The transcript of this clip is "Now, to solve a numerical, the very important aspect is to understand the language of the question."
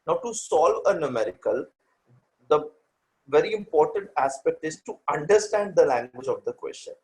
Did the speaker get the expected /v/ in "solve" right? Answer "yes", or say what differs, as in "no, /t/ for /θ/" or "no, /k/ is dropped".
yes